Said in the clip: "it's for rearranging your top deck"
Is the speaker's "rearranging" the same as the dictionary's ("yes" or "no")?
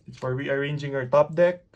no